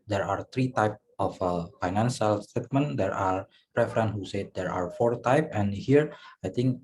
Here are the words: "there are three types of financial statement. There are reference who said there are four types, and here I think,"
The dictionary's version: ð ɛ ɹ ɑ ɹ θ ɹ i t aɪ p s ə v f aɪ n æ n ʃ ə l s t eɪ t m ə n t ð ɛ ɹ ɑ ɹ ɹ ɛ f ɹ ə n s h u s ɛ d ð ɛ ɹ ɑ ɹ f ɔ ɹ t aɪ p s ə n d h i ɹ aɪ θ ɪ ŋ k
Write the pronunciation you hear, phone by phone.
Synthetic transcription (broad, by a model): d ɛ ɹ ɑ ɹ t ɹ i t aɪ p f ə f aɪ n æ n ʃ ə l s t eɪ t m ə n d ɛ ɹ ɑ ɹ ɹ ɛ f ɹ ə n h u s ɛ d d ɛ ɹ ɑ ɹ f ɔ ɹ t aɪ p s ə n h i ɹ aɪ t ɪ ŋ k